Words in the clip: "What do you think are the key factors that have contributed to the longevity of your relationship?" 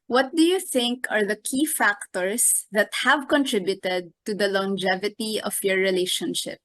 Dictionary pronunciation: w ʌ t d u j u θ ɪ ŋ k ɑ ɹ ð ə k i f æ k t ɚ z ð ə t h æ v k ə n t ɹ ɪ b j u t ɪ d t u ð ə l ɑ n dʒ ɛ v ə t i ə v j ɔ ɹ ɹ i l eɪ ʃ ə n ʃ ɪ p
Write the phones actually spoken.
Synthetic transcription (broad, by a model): w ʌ t d u j u θ ɪ ŋ k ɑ ɹ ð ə k i f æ k t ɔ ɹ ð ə t h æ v k ə n t ɹ ɪ b j u t ɪ d t u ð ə l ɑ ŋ dʒ ɛ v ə t i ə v j ɔ ɹ ɹ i l eɪ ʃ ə n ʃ ɪ p